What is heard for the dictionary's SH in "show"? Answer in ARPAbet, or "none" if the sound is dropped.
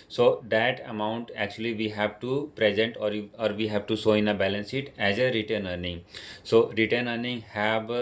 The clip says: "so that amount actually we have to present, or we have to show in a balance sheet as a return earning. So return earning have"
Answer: S